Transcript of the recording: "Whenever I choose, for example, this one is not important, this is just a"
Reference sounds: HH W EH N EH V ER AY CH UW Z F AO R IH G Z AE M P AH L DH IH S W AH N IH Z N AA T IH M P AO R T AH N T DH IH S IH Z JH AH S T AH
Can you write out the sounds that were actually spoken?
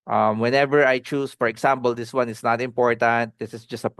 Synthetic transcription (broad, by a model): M W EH N EH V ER AY CH UW S F AO R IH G S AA M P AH L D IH S W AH N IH S N AA T IH M P AO R T AH N T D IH S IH S JH AH S T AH